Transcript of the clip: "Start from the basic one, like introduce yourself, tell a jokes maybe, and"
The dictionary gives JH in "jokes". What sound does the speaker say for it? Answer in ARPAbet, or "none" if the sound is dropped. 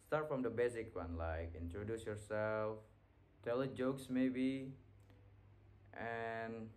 JH